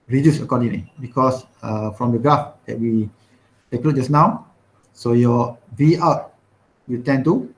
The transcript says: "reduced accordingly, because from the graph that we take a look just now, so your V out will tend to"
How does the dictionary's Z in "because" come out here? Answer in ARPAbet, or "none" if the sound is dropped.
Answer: S